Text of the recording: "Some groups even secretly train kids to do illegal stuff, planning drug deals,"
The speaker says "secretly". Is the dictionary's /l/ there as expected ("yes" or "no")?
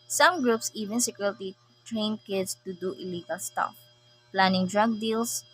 no